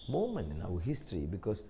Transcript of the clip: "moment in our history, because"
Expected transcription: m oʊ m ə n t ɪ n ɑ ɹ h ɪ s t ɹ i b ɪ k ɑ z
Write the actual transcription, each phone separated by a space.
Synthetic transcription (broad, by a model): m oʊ m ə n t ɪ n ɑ w h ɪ s t ɹ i b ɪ k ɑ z